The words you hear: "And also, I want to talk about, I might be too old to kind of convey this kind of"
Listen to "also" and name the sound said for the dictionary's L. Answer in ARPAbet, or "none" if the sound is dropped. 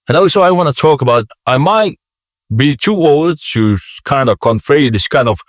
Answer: none